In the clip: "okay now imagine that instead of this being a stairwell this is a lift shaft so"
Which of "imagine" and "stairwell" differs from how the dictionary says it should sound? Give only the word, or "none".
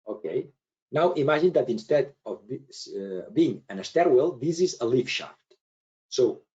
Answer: imagine